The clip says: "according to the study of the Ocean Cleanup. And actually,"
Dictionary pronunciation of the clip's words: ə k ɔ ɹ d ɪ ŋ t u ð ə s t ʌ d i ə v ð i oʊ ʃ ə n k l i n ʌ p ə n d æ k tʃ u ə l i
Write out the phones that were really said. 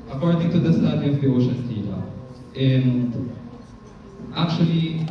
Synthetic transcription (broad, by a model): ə k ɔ ɹ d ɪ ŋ t u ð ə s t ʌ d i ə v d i oʊ ʃ ə n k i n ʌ ə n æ k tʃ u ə l i